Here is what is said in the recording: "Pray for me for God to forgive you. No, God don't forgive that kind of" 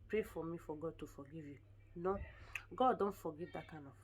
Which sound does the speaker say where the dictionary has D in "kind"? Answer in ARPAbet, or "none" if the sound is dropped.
none